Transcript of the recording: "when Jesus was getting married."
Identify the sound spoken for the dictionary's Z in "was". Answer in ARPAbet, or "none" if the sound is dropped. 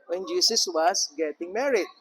S